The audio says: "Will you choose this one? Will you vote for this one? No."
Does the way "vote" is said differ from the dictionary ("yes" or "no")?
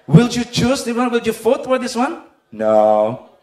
yes